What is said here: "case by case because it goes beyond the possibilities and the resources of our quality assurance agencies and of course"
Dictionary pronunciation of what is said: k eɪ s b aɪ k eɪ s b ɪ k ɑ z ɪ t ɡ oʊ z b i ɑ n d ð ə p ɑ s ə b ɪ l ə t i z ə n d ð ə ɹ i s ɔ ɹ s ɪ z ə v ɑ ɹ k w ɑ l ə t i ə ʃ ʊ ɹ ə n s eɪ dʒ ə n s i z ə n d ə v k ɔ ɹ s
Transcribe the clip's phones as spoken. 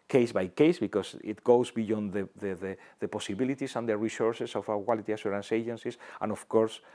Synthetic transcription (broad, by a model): k eɪ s b aɪ k eɪ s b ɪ k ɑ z ɪ t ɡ oʊ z b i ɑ n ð ð ə p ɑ s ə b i l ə t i s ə n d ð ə ɹ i s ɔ ɹ s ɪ s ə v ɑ k w ɑ l ə t i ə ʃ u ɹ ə n s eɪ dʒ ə n s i s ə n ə f k ɔ ɹ s